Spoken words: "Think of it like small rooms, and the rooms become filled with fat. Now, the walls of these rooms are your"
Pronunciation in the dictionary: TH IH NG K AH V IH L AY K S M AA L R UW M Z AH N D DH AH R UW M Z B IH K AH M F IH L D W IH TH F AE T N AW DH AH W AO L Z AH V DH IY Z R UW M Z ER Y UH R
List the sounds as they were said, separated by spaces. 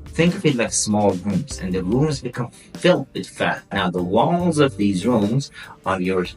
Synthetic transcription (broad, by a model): TH IH NG K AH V IH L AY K S M AA L R UW M Z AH N DH AH R UW M Z B IH K AH M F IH L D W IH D F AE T N AW DH AH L AO Z AH V DH IY Z R UW M Z ER Y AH R